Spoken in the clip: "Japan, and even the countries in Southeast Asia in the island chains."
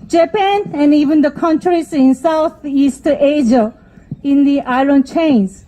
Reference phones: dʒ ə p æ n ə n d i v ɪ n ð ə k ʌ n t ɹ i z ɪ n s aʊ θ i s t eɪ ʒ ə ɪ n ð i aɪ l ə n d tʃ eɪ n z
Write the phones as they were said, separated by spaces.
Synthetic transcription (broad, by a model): dʒ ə p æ n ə n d i v ɪ n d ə k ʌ n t ɹ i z ɪ n s aʊ t i s t eɪ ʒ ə ɪ n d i aɪ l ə n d tʃ eɪ n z